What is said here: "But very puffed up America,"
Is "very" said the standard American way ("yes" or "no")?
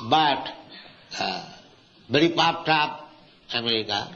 no